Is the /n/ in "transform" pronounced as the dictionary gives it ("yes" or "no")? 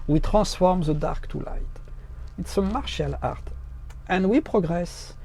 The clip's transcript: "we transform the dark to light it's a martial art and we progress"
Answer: no